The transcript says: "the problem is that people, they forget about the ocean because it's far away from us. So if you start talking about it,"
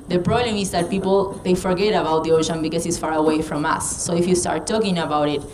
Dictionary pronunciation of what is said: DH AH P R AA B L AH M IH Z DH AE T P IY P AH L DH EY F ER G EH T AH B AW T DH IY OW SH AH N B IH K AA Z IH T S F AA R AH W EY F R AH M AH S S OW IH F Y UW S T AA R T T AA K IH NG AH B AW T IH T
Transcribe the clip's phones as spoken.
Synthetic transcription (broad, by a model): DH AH P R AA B L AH M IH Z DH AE T P IY P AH L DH EY F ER G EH T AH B AW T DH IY OW SH AH N B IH K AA S IH T S F AA R AH W EY F R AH M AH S S OW IH F Y UW S T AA R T T AA K IH NG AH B AW T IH T